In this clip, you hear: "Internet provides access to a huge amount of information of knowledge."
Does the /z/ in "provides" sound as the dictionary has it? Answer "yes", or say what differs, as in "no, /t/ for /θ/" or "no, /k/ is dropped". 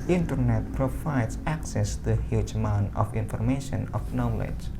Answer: no, /s/ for /z/